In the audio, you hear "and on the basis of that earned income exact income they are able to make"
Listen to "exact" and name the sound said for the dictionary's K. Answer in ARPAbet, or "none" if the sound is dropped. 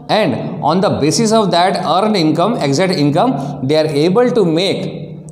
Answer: none